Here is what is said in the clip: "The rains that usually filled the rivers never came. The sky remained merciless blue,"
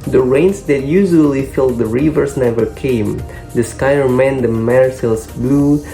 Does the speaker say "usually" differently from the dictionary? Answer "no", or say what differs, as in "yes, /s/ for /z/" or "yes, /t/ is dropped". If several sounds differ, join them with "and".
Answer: no